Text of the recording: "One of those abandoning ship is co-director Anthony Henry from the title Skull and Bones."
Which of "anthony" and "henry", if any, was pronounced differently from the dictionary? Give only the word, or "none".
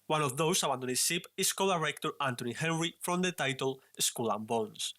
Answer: anthony